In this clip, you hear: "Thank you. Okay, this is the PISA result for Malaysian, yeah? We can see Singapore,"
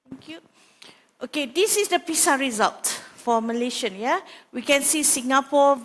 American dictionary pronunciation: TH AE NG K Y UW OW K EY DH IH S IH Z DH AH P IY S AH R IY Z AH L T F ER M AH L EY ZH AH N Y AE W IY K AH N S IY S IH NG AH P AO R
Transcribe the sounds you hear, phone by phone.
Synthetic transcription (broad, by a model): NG K Y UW OW K EY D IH S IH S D AH P IY S AH R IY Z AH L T F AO M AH L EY SH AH N Y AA W IY K AH N S IY S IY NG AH P AO